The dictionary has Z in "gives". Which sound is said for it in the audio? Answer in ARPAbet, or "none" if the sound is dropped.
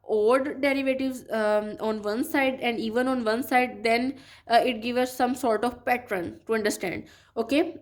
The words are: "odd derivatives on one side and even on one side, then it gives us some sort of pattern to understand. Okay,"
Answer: none